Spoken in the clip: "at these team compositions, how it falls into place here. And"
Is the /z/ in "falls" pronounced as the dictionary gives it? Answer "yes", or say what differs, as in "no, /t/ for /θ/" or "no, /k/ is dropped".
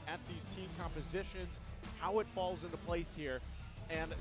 yes